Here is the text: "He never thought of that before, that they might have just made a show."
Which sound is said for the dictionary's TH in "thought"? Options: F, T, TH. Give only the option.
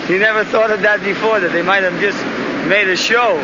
TH